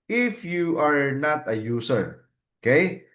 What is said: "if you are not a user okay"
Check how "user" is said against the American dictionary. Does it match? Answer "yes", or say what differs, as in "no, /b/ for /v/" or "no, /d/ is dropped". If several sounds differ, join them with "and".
no, /s/ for /z/